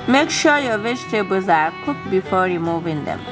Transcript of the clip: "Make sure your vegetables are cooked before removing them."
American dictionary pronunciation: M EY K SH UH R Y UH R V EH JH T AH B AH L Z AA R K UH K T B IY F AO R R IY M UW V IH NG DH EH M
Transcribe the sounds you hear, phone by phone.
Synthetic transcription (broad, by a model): M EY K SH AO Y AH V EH CH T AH B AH Z AA R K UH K B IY F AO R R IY M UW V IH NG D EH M